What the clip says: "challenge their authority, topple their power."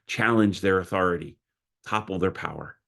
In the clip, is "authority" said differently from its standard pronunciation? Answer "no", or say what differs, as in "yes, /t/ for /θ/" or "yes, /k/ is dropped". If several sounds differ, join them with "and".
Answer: no